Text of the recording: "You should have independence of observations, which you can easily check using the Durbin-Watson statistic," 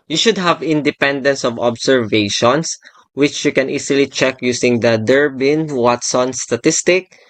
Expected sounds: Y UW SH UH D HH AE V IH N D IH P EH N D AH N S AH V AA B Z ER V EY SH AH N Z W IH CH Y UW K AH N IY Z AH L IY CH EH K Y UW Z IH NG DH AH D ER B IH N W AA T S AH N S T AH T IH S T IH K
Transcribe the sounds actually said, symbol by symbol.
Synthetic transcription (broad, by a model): Y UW SH UH D HH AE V IH N D IH P EH N D AH N S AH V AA B S ER V EY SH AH N S W IH CH Y UW K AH N IY S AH L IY CH EH K Y UW S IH NG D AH D ER B IH N W AA T S AH N S T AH T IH S T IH K